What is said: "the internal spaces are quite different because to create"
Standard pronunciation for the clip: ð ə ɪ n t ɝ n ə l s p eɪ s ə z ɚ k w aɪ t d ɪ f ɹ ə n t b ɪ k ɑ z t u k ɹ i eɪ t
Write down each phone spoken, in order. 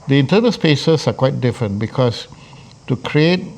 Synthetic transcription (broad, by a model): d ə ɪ n t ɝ n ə l s p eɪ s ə s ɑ k w aɪ t d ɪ f ɹ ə n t b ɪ k ɑ s t u k ɹ i eɪ t